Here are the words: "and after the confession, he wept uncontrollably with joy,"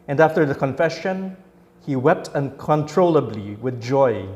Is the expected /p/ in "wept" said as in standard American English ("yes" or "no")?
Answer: yes